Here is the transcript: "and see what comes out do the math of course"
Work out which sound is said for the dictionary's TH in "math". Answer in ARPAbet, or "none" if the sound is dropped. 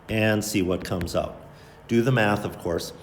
TH